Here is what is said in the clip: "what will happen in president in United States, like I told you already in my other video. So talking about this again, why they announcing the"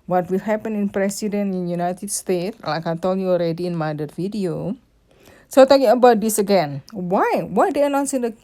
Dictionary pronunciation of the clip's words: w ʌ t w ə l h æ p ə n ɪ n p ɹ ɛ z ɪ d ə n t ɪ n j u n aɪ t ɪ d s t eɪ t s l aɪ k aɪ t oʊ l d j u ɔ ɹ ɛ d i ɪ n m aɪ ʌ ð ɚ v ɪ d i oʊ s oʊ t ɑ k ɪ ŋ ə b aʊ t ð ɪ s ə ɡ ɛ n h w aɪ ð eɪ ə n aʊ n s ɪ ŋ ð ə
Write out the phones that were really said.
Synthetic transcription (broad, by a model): w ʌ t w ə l h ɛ p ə n ɪ n p ɹ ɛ s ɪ d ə n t ɪ n j u n aɪ t ɪ d s t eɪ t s l aɪ k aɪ t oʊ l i ɔ ɹ ɛ d i ɪ n m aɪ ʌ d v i d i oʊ s oʊ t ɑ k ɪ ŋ ə b aʊ t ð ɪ s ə ɡ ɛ n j w aɪ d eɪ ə n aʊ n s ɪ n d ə